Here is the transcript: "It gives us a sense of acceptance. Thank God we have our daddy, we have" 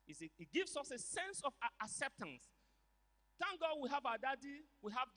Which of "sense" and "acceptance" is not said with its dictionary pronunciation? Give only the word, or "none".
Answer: none